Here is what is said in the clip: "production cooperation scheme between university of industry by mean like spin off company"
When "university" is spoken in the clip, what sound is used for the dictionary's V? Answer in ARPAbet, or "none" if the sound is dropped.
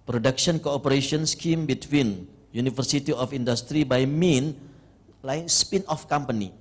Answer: F